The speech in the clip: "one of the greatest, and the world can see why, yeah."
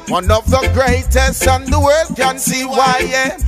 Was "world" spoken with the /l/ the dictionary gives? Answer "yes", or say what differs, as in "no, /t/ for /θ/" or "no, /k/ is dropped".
no, /l/ is dropped